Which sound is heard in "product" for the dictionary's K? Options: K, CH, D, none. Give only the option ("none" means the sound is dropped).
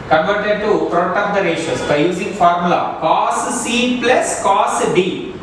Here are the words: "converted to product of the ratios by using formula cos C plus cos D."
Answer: none